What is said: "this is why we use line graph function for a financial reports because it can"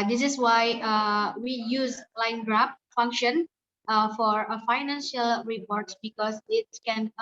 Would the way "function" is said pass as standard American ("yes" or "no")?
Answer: yes